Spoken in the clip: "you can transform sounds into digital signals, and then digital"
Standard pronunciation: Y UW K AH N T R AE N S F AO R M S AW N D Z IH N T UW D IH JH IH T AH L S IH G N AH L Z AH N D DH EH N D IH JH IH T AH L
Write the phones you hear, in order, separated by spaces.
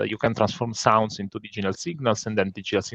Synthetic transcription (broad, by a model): Y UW K AH N T R AE N S F AO R M S AW N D S IH N T UW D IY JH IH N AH L S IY G N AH L S AH N D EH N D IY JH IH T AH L